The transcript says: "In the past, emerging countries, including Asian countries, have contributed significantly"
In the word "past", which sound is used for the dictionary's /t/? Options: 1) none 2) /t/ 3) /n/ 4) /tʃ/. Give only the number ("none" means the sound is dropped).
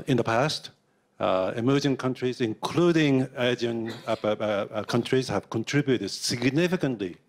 2